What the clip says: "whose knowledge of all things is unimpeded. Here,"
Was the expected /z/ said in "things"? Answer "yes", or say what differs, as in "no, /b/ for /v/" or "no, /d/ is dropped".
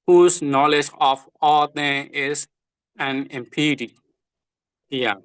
no, /z/ is dropped